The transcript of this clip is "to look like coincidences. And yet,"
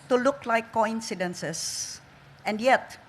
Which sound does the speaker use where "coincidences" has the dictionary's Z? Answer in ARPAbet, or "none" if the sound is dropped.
S